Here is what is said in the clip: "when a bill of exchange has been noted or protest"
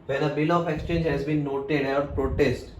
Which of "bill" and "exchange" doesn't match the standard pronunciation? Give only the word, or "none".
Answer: none